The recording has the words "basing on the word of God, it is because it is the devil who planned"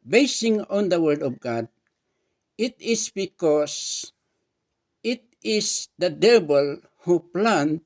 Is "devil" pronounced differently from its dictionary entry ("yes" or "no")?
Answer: yes